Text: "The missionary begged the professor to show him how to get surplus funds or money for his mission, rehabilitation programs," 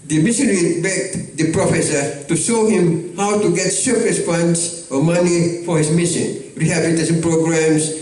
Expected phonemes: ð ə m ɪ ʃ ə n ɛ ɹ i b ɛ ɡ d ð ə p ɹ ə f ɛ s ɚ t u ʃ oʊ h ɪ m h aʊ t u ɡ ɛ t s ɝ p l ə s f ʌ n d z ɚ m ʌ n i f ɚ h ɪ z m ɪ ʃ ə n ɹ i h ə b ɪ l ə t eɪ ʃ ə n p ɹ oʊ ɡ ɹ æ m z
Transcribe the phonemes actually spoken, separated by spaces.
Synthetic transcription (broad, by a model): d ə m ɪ s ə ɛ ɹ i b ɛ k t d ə p ɹ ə f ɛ s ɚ t u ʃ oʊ h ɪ m h aʊ t u ɡ ɛ t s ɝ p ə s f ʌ n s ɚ m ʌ n i f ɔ h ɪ s m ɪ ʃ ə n ɹ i h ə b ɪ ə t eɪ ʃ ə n p ɹ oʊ ɡ ɹ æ m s